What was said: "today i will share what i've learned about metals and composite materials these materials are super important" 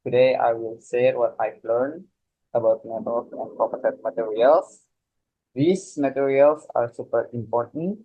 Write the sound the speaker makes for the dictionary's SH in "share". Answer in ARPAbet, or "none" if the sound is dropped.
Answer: S